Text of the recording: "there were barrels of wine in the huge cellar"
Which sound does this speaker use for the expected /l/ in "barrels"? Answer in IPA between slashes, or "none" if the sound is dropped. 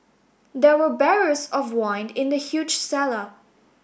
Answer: none